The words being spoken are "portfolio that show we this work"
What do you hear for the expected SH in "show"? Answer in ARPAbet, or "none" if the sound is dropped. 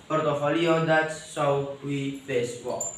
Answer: S